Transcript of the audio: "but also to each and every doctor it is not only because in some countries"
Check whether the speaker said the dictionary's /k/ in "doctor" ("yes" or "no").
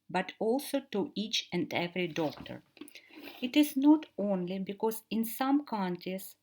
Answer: yes